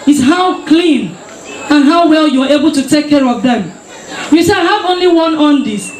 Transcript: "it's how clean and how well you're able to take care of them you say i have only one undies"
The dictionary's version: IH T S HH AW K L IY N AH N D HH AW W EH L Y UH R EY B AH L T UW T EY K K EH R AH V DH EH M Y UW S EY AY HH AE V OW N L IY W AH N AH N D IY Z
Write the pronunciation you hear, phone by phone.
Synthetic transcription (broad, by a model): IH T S HH AW K L IY N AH N HH AW W EH L Y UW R EY B AH L T UW T EY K K EH R AH V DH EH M Y UW S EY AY HH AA V OW N L IY W AH N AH N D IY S